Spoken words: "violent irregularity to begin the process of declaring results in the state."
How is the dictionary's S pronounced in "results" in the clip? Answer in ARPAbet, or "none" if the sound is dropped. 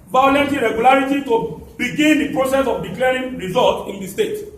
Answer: none